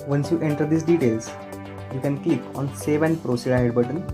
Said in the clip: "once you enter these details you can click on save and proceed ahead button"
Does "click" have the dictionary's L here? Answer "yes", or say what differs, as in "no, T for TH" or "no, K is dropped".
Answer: no, L is dropped